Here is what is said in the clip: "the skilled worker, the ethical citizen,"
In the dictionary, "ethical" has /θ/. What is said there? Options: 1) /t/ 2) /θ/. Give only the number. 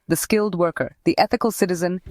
2